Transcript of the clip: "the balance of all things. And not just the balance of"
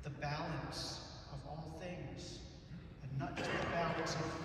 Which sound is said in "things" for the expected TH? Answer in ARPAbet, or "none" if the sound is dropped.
TH